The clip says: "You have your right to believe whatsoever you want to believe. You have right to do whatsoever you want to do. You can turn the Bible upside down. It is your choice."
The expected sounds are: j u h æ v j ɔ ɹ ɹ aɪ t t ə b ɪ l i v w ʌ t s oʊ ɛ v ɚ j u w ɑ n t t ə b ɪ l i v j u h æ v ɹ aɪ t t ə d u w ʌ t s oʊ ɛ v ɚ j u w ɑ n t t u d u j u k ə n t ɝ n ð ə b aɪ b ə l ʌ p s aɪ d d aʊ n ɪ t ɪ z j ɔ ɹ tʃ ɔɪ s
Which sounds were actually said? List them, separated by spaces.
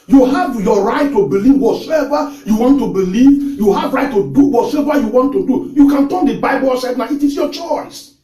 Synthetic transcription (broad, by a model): j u h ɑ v j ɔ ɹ ɹ aɪ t t ə b ɪ l i v w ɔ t s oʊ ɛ v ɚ j u w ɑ n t t ə b ɪ l i v j u h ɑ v ɹ aɪ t t ə d u w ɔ t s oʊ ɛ v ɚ j u w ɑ n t t u d u j u k ə n t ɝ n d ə b aɪ b ə l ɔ s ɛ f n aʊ ɪ t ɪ s j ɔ tʃ ɔɪ s